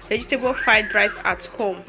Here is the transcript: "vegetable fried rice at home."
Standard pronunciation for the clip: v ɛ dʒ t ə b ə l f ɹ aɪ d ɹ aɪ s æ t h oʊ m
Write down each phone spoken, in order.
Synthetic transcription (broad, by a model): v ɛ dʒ t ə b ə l f aɪ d ɹ aɪ s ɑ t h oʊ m